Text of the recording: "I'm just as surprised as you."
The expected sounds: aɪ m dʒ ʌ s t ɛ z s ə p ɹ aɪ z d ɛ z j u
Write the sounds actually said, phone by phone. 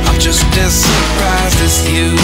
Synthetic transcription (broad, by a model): aɪ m dʒ ʌ s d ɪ s ə p ɹ aɪ z d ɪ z j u